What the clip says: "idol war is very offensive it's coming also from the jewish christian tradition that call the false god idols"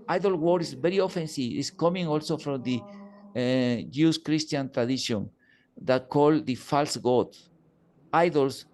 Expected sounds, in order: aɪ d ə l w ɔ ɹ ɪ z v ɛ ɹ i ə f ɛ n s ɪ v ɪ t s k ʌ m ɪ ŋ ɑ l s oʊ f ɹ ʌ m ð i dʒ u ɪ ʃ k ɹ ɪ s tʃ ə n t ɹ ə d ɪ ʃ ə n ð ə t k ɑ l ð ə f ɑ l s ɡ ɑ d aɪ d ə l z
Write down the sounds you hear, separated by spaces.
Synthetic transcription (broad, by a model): aɪ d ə l w ɔ ɹ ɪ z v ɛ ɹ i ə f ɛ n s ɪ ɪ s k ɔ m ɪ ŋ ɑ l s oʊ f ɹ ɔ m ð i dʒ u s k ɹ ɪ s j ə n t ɹ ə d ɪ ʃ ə n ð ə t k ɑ l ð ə f ɑ l s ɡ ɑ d aɪ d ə l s